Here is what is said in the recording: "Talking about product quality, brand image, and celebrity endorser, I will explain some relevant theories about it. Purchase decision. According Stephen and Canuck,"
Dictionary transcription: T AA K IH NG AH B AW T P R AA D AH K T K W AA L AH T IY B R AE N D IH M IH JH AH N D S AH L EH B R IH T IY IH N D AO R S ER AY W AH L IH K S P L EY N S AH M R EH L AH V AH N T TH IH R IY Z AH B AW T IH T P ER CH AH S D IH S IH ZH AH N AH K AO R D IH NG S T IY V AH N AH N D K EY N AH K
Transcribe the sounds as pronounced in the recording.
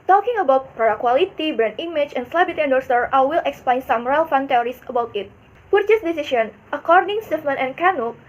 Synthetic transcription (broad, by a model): T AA K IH NG AH B AW T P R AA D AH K K W AA L AH T IY B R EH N IH M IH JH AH N S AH L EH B IH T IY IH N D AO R S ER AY W AH L IH K S P L EY N S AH M R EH L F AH N T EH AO R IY S AH B AW T IH T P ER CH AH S D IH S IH SH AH N AH K AO R D IH NG S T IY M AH N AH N K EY N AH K